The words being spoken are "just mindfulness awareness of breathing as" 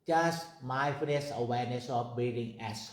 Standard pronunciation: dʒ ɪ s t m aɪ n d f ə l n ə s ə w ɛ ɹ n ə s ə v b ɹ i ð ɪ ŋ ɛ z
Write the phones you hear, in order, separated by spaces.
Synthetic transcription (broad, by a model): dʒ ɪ s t m aɪ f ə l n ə s ə w ɛ ɹ n ə s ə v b i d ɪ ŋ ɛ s